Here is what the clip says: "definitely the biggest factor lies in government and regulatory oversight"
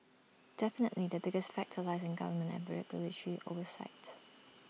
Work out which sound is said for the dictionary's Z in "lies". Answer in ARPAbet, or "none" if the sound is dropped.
Z